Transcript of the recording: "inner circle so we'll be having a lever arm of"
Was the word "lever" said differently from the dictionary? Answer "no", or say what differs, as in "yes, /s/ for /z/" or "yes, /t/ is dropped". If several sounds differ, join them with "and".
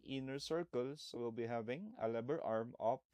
yes, /b/ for /v/